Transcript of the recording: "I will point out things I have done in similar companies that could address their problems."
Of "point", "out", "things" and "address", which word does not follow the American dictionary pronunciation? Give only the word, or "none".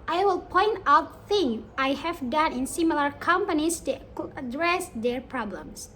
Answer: things